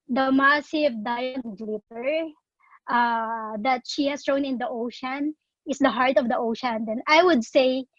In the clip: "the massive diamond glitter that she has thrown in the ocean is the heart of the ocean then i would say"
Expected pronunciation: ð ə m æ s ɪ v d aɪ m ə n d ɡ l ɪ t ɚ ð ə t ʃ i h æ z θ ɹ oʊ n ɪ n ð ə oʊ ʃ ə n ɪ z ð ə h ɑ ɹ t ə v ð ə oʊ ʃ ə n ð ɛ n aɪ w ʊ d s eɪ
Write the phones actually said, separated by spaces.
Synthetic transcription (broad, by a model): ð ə m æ s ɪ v d aɪ ə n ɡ l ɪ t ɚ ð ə t ʃ i h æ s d ɹ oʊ n ɪ n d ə oʊ ʃ ə n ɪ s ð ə h ɑ ɹ t ə v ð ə oʊ ʃ ə n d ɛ n aɪ w ʊ d s eɪ